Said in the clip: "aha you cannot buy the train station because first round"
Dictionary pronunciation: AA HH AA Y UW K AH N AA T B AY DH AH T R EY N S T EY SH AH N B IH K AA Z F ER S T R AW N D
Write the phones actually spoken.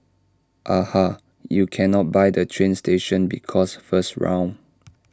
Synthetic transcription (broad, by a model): AA HH AA Y UW K AH N AA T B AY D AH T R EY N S T EY SH AH N B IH K AA S F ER S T R AW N